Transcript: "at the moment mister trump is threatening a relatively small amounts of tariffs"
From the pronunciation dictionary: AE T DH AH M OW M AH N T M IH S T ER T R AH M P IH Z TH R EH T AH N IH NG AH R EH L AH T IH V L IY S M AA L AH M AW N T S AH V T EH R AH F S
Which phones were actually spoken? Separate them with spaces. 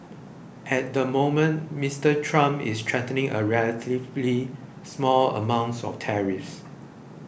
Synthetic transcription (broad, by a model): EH T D AH M OW M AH N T M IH S T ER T R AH M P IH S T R EH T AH N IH NG AH R EH L AH T IH V L IY S M AA L AH M AW N T S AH F T EH R AH F S